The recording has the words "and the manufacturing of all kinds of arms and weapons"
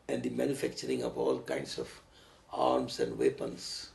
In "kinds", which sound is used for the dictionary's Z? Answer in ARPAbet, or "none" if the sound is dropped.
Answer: S